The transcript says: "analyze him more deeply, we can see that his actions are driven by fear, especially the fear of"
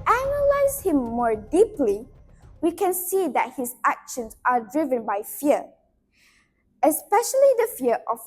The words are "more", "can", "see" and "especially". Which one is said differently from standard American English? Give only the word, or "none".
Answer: none